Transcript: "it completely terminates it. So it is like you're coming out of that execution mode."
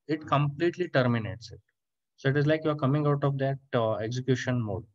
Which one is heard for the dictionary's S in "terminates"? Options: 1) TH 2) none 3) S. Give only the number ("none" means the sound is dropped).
3